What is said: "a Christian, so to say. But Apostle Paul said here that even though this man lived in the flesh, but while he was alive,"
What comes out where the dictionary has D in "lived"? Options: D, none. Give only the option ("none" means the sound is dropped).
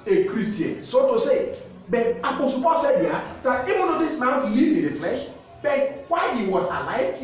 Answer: none